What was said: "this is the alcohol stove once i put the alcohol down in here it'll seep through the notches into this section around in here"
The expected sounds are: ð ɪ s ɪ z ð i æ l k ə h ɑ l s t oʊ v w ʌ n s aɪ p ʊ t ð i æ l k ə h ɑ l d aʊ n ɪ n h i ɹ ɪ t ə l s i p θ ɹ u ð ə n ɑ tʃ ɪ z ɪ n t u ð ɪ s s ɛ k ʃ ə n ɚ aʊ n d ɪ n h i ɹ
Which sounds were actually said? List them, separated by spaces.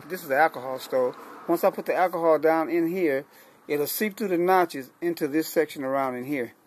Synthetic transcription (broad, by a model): ð ɪ s ɪ z ð i æ l k ə h ɑ l s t oʊ w ʌ n s aɪ p ʊ t ð i æ l k ə h ɑ l d aʊ n ɪ n h i ɹ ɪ t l s i p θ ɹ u ð ə n ɑ tʃ ɪ z ɪ n t u ð ɪ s s ɛ k ʃ ə n ɚ aʊ n d ɪ n h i ɹ